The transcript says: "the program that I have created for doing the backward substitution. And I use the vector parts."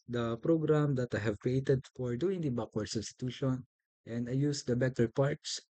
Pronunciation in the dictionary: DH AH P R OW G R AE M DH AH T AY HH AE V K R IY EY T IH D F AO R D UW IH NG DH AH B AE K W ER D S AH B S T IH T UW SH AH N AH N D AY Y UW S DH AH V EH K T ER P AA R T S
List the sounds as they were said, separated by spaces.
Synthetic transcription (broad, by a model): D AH P R OW G R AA M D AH T AY HH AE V K R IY EY T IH D F AO R D UW IH NG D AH B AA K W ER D S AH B S T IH T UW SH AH N AH N D AY Y UW S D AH B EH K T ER P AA R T S